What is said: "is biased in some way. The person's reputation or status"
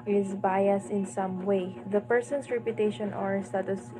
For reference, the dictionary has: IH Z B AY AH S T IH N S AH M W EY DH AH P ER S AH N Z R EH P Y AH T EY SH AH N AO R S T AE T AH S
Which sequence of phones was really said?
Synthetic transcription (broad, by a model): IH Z B AY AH S IH N S AH M W EY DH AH P ER S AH N S R EH P Y AH T EY SH AH N AO R S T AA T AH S